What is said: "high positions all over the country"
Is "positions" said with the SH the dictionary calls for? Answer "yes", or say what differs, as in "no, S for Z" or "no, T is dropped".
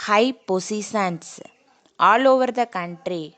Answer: no, S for SH